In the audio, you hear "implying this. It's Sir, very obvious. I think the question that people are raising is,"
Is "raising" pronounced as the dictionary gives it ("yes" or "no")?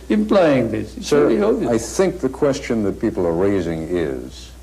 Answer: yes